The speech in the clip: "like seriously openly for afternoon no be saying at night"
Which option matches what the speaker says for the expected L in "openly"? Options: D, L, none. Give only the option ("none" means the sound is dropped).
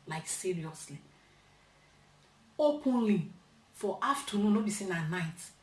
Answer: L